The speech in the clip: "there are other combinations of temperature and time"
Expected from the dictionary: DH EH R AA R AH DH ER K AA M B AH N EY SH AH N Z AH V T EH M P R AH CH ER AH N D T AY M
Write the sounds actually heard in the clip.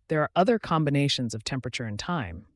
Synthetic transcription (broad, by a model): DH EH R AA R AH DH ER K AA M B AH N EY SH AH N Z AH V T EH M P R AH CH ER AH N T AY M